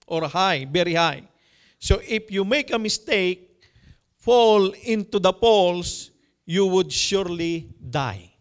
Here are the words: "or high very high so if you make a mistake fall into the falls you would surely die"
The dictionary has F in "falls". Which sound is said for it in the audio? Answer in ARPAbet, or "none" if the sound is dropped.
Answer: P